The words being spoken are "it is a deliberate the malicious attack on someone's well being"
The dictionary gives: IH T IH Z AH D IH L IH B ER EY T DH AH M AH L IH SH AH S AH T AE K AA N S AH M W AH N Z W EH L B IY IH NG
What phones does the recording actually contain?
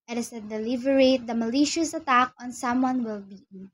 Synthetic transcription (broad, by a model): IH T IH S AH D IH L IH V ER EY T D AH M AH L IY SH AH S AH T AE K AA N S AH M W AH N W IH L B IY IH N